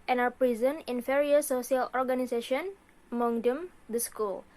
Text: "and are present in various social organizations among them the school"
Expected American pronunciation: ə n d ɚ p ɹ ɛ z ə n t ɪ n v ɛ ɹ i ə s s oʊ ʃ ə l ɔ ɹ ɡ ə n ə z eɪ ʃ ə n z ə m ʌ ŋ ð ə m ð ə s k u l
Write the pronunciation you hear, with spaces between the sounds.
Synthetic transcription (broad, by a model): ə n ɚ p ɹ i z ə n ɪ n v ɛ ɹ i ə s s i ə l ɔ ɹ ɡ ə n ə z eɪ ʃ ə n ə m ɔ ŋ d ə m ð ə s k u l